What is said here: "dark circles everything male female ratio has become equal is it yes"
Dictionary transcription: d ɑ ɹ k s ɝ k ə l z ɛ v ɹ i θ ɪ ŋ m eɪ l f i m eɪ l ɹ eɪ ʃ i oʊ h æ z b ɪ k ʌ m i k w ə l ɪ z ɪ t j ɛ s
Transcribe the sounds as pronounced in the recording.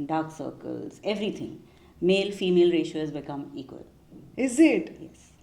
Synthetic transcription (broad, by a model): d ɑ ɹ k s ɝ k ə l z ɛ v ɹ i t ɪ ŋ m eɪ l f i m eɪ l ɹ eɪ ʃ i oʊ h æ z b ɪ k ʌ m i k w ə l ɪ z ɪ t j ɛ s